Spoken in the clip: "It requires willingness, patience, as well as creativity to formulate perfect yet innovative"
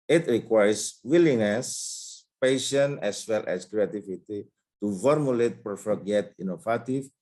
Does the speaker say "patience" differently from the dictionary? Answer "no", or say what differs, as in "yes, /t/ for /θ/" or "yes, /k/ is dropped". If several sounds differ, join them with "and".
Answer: yes, /s/ is dropped